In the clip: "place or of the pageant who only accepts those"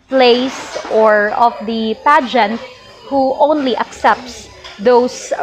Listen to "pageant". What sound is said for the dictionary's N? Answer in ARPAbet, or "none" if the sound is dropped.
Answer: N